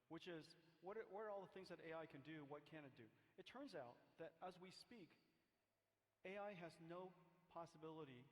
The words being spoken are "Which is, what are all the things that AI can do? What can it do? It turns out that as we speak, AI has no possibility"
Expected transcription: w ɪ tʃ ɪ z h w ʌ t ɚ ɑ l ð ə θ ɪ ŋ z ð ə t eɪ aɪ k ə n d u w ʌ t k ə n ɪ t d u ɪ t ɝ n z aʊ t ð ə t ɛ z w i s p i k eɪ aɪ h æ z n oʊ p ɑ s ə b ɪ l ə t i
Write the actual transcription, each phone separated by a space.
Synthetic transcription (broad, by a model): w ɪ tʃ ɪ z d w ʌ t ɚ ɑ l ð ə θ ɪ ŋ z ð ə t eɪ aɪ k ə n d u w ʌ t k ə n ɪ t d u ɪ t ɝ n z aʊ t ð ə t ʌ z w i s p i k eɪ aɪ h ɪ z n oʊ p ɑ s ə b ɪ l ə t i